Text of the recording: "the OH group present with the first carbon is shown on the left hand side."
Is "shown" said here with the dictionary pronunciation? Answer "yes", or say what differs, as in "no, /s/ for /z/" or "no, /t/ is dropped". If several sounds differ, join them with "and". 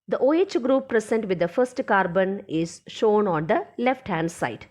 yes